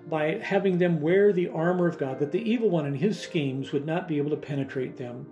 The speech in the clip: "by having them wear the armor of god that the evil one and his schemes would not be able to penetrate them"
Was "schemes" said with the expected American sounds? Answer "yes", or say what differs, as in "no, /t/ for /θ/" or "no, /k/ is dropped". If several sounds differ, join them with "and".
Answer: yes